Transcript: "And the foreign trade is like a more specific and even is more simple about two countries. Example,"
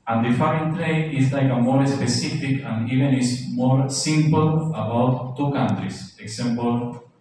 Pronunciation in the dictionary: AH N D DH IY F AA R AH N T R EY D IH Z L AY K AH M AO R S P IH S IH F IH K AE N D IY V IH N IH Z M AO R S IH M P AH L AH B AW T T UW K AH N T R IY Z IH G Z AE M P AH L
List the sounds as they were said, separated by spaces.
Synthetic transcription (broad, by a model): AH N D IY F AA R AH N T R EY IH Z L AY K AH M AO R S P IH S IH F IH K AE N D IY V IH N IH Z M AO R S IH M P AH L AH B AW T T UW K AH N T R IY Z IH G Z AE M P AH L